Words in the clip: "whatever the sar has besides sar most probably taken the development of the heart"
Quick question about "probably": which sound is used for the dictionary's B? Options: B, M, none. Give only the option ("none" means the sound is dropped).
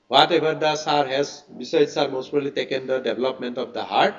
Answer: none